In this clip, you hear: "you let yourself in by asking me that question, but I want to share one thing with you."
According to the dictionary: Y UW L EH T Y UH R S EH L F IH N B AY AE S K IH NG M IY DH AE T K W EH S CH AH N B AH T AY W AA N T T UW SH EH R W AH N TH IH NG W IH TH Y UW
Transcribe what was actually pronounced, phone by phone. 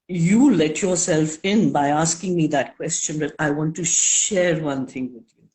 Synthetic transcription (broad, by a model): Y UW L EH T Y UH R S EH L F IH N B AY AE S K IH NG M IY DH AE T K W EH S CH AH N B AH T AY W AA N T T UW SH EH R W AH N T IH NG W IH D Y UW